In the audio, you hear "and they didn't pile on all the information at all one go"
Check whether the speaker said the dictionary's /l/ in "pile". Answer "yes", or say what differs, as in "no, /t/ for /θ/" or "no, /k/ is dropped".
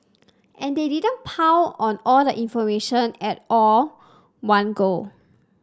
no, /w/ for /l/